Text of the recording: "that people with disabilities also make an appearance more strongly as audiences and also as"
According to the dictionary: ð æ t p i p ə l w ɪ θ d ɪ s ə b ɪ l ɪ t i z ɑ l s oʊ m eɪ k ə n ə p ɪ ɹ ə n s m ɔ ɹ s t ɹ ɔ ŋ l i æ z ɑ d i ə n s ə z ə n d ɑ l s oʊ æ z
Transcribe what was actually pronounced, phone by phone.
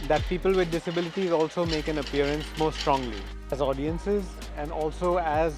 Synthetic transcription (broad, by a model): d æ t p i p ə l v ɪ d ɪ s ə b ɪ l ɪ t i z ɑ l s oʊ m eɪ k ə n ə p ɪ ɹ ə n s m ɔ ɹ s t ɹ ɔ ŋ l i æ z ɑ d i ə n s ə z ə n d ɑ l s oʊ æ z